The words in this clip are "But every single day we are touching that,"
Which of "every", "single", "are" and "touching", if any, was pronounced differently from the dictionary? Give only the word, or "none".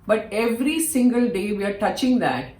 none